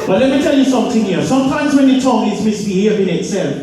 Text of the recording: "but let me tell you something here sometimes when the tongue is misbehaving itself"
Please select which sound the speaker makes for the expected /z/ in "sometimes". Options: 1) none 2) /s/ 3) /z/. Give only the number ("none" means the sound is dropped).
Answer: 3